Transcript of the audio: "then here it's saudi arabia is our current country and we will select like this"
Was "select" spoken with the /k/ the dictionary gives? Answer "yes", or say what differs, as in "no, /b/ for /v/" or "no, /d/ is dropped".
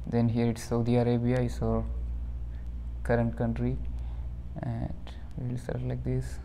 no, /k/ is dropped